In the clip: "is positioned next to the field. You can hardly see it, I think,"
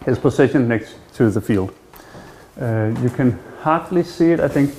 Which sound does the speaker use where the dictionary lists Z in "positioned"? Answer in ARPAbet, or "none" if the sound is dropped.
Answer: S